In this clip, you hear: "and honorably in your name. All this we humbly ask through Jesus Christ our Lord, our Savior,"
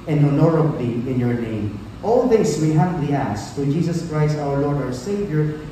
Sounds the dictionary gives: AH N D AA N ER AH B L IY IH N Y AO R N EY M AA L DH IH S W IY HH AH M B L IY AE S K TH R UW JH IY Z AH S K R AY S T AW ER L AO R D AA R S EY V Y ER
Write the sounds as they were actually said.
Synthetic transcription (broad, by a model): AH N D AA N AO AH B L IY IH N Y AO R N EY M AA L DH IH S W IY HH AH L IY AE S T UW JH IY S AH S K R AY S T AW ER L AO R D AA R S EY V Y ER